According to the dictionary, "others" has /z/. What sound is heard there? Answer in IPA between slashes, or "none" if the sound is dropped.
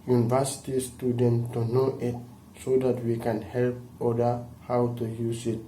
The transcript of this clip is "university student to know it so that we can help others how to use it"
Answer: none